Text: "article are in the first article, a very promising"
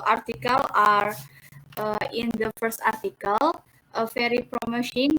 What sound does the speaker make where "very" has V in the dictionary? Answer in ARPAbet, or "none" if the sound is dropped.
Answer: F